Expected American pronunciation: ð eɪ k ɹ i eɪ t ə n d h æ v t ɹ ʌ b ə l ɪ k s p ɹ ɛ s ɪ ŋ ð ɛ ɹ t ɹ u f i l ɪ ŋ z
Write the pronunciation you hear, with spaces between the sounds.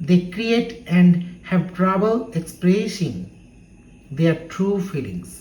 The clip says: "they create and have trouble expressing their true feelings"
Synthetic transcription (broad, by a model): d eɪ k ɹ i eɪ t ə n d h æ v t ɹ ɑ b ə l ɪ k s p ɛ ʃ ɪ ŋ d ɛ ɹ t ɹ u f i l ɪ ŋ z